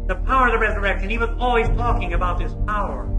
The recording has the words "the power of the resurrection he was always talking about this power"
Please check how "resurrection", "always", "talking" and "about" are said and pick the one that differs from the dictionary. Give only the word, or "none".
none